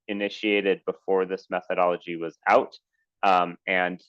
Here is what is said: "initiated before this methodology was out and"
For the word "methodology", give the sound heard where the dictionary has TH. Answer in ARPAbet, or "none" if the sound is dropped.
TH